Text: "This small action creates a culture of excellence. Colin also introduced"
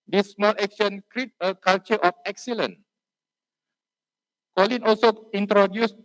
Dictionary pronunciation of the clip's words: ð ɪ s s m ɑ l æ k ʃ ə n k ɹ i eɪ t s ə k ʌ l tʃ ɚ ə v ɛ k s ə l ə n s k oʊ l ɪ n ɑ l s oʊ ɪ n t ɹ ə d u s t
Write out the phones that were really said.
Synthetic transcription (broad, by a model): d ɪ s s m ɑ l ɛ k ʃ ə n k ɹ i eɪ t ə k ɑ l tʃ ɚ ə f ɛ k s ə l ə n k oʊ l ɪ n ɑ l s oʊ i n t ɹ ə d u s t